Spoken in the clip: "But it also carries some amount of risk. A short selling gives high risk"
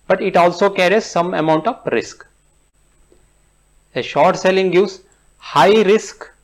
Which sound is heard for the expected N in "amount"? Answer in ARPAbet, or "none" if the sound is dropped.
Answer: N